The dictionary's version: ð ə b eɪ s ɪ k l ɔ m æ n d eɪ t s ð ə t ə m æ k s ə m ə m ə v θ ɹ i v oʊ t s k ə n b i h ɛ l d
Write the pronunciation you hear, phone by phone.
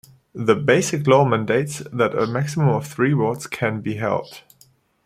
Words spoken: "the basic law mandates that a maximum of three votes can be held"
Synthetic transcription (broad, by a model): ð ə b eɪ s ɪ k l ɔ m æ n d eɪ t s ð ə t ə m æ k s ə m ə m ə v θ ɹ i w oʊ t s k ə n b i h ɛ l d